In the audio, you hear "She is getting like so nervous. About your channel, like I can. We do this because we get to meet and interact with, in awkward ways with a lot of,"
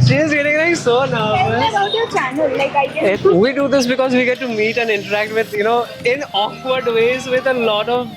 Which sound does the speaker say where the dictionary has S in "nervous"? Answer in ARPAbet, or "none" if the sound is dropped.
none